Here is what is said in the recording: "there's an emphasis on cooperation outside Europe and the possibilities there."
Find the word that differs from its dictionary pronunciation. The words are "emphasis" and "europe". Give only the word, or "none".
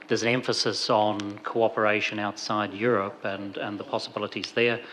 none